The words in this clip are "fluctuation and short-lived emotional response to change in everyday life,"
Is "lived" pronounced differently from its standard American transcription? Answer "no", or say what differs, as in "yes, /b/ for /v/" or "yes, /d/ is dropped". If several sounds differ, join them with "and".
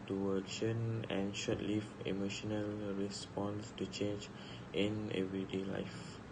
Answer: yes, /d/ is dropped